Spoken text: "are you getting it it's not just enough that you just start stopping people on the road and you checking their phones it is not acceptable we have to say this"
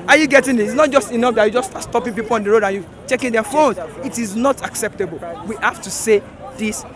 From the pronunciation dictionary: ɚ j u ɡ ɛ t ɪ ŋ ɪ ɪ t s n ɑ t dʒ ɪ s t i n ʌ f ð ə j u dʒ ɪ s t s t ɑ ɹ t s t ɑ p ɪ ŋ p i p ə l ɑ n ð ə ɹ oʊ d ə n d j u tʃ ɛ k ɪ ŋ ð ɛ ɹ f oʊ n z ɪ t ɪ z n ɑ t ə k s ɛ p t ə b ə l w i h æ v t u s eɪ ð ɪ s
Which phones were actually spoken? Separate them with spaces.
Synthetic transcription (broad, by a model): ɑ j u ɡ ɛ t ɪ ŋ ɪ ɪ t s n ɑ t dʒ ɪ s t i n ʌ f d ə j u dʒ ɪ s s t ɑ t s t ɑ p ɪ ŋ p i p ə l ɑ n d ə ɹ oʊ d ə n j u tʃ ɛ k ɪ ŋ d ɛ f oʊ n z ɪ t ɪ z n ɑ t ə k s ɛ p t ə b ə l w i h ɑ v t u s eɪ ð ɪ s